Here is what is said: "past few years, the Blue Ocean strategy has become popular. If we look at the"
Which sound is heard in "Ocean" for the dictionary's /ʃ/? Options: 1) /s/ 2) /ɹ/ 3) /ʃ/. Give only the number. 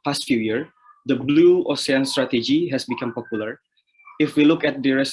1